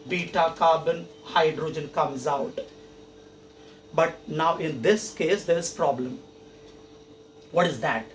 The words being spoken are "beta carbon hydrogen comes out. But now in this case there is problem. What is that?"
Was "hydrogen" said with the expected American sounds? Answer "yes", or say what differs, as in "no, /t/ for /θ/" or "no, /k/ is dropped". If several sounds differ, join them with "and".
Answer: yes